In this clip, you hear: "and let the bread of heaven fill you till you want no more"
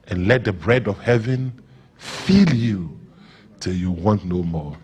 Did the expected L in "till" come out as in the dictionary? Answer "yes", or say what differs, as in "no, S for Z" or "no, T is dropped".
yes